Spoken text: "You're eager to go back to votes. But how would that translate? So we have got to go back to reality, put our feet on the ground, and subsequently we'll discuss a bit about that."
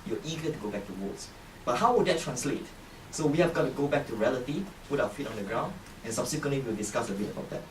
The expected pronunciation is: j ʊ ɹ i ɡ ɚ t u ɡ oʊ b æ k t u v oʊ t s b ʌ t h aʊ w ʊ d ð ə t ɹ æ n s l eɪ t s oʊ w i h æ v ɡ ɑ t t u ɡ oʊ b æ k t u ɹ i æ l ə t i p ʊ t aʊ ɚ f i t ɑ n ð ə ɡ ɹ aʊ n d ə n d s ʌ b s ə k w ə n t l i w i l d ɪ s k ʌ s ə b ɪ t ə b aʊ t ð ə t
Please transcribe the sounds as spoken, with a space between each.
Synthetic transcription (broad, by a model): j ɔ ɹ i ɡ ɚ t u ɡ oʊ b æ k t u w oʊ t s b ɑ t h aʊ w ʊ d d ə t ɹ æ n s l eɪ t s oʊ w i h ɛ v ɡ ɑ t t u ɡ oʊ b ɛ k t u ɹ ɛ l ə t i p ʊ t aʊ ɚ f i t ɑ n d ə ɡ ɹ aʊ n d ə n s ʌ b s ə k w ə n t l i w i l d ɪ s k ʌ s ə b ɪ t ə b aʊ t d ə t